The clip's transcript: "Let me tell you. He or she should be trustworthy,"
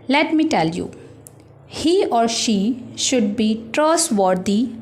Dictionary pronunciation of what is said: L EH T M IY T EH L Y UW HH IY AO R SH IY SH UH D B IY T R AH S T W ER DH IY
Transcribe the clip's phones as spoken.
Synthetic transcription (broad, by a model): L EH T M IY T EH L Y UW HH IY AO R SH IY SH UH D B IY T R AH S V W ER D IY